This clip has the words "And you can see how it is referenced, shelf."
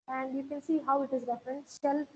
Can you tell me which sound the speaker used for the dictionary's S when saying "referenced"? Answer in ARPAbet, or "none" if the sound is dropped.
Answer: none